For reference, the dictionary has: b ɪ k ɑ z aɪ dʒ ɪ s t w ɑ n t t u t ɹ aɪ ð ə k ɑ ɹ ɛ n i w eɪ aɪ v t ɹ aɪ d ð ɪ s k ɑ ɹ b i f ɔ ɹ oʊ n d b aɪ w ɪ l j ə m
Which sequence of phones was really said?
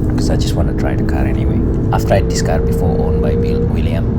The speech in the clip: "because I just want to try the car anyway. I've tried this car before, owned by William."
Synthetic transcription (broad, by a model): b k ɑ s aɪ dʒ ɪ s t w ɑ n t t u t ɹ aɪ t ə k ɑ ɹ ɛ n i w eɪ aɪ f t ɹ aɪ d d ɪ s k ɑ ɹ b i f ɔ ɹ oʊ n b aɪ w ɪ l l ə m